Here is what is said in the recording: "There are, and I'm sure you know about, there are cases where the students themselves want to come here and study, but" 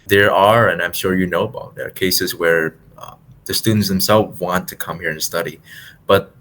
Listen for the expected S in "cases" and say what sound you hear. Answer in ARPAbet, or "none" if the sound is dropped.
S